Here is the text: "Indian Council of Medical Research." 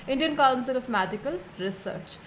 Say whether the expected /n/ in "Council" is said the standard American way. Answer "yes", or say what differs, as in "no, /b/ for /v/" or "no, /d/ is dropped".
no, /l/ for /n/